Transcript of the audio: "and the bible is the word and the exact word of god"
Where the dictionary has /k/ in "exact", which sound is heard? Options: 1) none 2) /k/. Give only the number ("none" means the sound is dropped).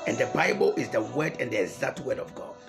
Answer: 1